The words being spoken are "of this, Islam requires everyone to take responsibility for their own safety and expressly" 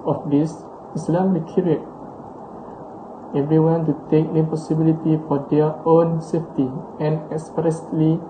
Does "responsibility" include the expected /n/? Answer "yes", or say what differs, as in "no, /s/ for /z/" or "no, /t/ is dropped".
no, /n/ is dropped